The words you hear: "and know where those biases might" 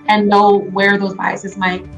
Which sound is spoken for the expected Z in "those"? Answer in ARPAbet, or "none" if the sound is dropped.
Z